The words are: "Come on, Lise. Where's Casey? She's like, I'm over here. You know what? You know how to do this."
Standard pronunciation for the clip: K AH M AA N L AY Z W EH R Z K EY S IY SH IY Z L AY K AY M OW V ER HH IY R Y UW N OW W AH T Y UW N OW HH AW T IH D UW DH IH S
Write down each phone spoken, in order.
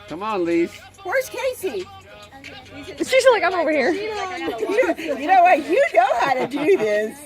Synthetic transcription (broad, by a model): K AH M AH N L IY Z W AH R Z K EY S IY S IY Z L AY K AY M OW V ER HH IY R Y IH N OW W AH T Y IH N OW HH AW T IH D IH DH IH S